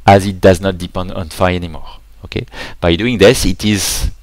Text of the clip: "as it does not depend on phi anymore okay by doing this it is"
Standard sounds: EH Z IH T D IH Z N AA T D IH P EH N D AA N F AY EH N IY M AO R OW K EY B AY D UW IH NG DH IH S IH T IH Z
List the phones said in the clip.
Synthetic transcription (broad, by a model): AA Z IH T D IH Z N AA T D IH P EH N D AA N F AY EH N IY M AO R OW K EY B AY D UW IH NG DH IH S IH T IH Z